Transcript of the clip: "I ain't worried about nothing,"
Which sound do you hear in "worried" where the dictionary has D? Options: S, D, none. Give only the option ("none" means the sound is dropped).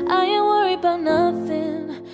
none